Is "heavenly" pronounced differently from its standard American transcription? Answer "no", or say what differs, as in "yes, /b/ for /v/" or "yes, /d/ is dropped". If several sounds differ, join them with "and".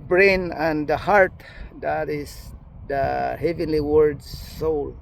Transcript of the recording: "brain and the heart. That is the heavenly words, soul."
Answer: no